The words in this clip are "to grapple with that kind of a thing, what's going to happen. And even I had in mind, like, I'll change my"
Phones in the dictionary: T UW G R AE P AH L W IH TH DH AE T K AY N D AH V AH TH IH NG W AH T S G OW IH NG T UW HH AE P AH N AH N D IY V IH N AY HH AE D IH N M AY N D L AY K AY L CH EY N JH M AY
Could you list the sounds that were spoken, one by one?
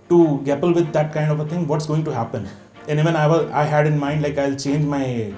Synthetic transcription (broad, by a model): T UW G AE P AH L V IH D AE T K AY N D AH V AH T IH NG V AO T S G OW IH NG T UW HH AE P AH N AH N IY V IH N AY HH AE D IH N M AY N D L AY K AY L CH EY N JH M AY